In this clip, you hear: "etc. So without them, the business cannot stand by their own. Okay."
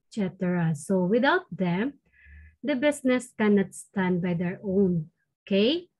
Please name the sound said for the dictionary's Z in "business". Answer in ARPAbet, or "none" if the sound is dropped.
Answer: S